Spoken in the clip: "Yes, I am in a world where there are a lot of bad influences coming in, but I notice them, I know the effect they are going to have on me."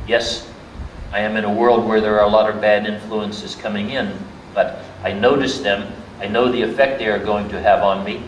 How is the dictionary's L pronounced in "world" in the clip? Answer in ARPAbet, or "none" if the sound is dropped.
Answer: L